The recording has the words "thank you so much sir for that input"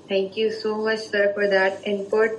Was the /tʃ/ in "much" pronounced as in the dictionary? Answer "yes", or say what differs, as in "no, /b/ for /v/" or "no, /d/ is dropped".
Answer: yes